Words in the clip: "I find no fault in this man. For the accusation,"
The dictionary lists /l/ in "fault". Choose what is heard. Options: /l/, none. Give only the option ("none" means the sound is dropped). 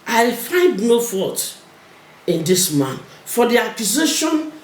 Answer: none